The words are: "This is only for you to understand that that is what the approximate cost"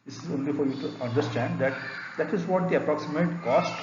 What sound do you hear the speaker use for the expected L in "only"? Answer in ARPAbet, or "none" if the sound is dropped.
L